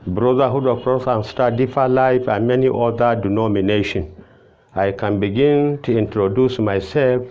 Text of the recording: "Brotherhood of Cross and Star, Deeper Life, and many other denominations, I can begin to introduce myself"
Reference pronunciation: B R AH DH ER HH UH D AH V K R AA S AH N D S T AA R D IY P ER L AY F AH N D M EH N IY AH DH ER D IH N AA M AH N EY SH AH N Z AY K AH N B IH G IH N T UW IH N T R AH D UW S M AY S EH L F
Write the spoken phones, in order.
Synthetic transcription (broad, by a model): B R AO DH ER HH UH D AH K R AA S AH N S T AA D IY F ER L AY F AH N M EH N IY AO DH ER D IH N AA M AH N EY SH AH N AY K AH N B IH G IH N T UW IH N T R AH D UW S M AY S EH L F